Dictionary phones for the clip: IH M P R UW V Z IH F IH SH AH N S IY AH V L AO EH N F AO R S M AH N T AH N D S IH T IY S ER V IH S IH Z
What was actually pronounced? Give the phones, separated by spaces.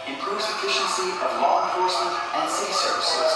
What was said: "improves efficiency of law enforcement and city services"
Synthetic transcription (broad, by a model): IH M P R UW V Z IH F IH SH AH N S IY AH V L AO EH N F AO R S M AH N T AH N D S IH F S ER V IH S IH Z